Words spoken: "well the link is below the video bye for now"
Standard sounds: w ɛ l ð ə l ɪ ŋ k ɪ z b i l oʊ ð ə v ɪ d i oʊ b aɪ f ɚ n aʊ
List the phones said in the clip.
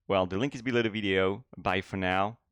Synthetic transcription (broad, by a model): w ɛ l ð ə l ɪ ŋ k ɪ z b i l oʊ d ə v ɪ d i oʊ b aɪ f ɚ n aʊ